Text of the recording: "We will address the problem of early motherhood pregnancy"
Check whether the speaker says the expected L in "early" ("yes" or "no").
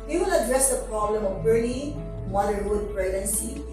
no